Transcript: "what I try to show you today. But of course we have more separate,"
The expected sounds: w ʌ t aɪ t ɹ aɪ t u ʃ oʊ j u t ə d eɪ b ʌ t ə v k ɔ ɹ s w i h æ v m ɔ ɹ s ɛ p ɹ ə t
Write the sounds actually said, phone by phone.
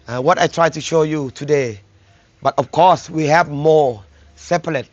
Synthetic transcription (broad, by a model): w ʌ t aɪ t ɹ aɪ t u ʃ oʊ j u t ə d eɪ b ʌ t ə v k ɔ ɹ s w i h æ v m ɔ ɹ s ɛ p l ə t